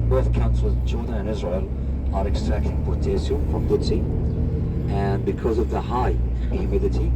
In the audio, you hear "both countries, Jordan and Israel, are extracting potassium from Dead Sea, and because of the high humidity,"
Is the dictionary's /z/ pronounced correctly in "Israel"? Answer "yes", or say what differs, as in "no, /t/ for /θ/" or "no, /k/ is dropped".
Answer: yes